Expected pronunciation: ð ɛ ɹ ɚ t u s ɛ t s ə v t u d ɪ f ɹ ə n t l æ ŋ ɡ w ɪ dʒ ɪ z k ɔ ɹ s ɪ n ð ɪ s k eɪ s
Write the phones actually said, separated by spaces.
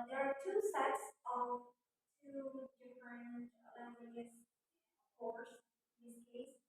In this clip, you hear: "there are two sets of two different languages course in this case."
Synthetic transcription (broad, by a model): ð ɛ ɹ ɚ t u s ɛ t s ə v t u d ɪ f ɹ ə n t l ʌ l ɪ ɪ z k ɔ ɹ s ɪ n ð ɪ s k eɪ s